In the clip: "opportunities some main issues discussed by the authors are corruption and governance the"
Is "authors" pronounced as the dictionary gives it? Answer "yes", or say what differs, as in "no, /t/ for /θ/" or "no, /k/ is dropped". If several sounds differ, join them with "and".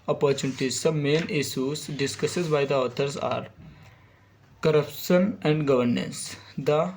no, /t/ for /θ/